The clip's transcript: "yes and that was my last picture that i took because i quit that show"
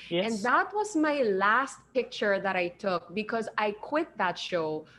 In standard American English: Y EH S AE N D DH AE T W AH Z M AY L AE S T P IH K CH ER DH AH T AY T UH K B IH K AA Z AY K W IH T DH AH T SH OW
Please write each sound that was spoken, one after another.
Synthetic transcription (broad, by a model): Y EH N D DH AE T W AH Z M AY L AE S T P IH K CH ER DH AH T AY T UH K B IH K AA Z AY K W IH T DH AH T SH OW